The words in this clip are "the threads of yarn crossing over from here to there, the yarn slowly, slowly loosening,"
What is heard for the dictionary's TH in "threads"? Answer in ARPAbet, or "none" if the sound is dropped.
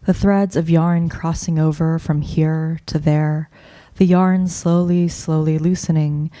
TH